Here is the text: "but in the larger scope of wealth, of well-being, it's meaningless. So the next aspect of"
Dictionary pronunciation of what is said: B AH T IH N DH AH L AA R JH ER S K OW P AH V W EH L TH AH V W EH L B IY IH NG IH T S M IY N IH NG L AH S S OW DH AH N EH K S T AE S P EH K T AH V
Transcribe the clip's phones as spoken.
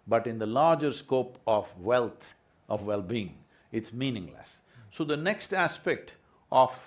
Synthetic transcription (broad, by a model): B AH T IH N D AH L AA R JH ER S K OW P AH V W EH L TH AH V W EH L B IY IH NG IH T S M IY N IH NG L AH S S OW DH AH N EH K S T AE S P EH K T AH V